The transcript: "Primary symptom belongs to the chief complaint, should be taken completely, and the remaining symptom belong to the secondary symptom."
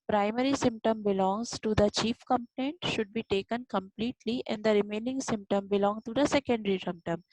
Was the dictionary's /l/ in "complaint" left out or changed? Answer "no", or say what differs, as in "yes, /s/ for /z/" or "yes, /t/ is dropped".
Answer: yes, /n/ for /l/